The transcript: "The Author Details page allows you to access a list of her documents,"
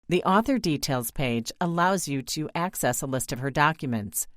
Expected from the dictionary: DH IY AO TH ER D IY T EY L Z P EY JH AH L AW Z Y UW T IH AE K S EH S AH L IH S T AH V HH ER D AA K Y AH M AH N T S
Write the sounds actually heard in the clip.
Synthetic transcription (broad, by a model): DH IY AO TH ER D IY T EY L Z P EY JH AH L AW Z Y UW T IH AE K S EH S AH L IH S T AH V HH ER D AA K Y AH M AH N T S